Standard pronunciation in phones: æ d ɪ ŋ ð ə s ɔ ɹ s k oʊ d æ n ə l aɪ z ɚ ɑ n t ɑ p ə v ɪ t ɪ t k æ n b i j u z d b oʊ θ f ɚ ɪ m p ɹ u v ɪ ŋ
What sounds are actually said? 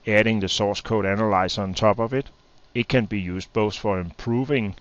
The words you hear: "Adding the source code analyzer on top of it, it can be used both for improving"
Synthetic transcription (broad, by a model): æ d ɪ ŋ ð ə s ɔ s k oʊ d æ n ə l aɪ s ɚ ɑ n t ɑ b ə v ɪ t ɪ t k æ n b i j u s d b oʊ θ f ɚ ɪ m p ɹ u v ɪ ŋ